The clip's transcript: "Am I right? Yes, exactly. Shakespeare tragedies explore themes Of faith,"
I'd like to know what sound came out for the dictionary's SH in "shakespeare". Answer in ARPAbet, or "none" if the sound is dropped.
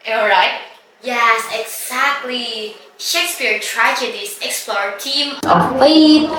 SH